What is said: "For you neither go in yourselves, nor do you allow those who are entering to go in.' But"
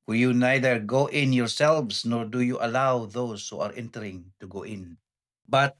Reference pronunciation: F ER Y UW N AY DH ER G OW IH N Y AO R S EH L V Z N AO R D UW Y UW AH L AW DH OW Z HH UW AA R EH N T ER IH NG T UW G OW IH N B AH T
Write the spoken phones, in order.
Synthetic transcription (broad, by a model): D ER Y UW N AY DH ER G OW IH N Y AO R S EH L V S N AO R D UW Y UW AH L AW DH OW S HH UW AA R EH N T ER IH NG T UW G OW IH N B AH T